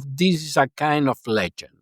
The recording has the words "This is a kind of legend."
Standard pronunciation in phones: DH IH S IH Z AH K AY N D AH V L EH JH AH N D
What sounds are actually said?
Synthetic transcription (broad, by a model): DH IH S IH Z AH K AY N D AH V L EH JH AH N